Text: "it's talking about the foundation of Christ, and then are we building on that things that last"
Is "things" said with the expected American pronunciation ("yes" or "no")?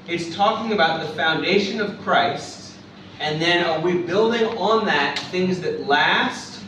yes